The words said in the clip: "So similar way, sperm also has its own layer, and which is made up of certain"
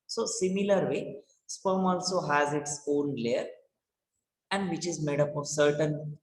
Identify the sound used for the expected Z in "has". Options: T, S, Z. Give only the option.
Z